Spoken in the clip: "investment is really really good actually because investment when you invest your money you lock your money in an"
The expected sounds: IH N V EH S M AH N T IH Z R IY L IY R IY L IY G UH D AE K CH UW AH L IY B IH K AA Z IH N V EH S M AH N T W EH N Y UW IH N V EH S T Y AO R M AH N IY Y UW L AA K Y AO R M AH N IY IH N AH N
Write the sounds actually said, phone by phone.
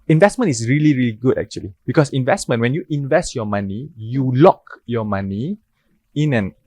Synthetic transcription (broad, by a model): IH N V EH S M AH N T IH S R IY L IY R IY L IY G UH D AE K CH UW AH L IY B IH K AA S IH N V EH S M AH N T W EH N Y UW IH N V EH S T Y AO M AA N IY Y UW L AA K Y AO M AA N IY IH N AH N